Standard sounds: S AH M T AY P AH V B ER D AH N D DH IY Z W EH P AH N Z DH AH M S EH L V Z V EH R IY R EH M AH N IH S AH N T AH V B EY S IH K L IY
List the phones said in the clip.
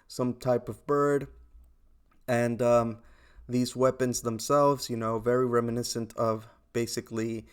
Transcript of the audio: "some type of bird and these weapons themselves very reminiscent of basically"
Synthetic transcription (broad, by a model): S AH M T AY P AH V B ER D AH N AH DH IY Z W EH P AH N Z DH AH M S EH L V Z V EH R IY R EH M AH N IH S AH N T AH V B EY S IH K L IY